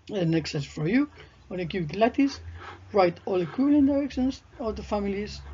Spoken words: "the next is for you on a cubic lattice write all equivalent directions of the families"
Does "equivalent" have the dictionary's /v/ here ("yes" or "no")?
no